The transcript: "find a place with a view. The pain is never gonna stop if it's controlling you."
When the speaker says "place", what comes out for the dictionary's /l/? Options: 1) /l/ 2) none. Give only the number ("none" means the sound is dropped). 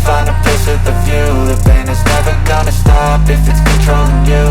2